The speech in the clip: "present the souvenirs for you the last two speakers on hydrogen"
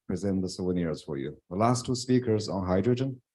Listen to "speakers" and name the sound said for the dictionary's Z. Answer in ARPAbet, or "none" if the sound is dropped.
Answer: Z